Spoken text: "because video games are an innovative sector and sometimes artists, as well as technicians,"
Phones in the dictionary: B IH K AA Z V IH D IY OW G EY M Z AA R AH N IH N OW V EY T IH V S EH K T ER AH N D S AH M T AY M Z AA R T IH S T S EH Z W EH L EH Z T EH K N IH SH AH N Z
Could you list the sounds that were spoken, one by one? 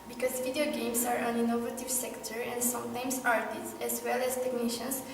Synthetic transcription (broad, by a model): B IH K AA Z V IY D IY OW G EY M S AA R AH N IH N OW V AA T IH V S EH K T ER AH N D S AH M T AY M S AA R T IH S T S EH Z W EH L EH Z T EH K N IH SH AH N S